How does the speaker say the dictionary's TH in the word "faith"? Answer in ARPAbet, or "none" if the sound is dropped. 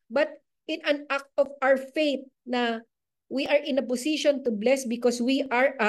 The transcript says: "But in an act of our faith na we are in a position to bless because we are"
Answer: T